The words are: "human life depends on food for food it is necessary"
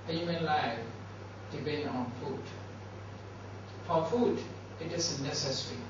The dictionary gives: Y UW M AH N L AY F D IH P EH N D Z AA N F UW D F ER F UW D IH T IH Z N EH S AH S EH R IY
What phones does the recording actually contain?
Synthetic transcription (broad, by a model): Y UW M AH N L AY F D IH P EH N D AA N F UW D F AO F UW D IH T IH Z N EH S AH S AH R IY